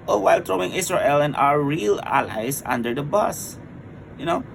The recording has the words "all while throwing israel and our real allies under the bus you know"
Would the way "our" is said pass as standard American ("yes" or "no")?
yes